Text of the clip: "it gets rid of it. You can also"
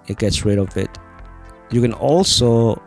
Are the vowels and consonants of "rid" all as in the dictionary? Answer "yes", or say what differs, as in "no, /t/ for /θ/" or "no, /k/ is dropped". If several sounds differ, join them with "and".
yes